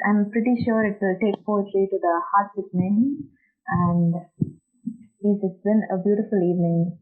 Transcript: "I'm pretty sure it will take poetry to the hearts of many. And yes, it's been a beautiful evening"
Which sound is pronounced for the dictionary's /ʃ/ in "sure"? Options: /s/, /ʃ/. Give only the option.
/ʃ/